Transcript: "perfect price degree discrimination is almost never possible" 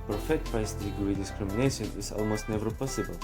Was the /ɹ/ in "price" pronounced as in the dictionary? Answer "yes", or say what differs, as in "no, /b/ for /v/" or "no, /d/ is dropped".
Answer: no, /ɹ/ is dropped